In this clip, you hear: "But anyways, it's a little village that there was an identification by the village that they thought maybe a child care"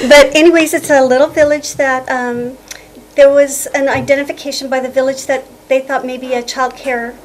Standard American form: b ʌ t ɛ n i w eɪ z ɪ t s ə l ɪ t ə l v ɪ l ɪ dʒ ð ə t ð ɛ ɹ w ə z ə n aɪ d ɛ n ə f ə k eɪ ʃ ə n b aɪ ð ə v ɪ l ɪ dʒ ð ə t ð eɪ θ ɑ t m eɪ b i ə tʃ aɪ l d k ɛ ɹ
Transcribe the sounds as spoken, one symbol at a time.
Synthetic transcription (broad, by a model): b ʌ t ɛ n i w eɪ z ɪ t s ə l ɪ t l v ɪ l ɪ dʒ ð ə t ð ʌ ɹ w ə z ə n aɪ d ɛ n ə f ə k eɪ ʃ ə n b aɪ ð ə v ɪ l ɪ dʒ ð ə t ð eɪ θ ɑ t m eɪ b i ə tʃ aɪ l d k ɛ ɹ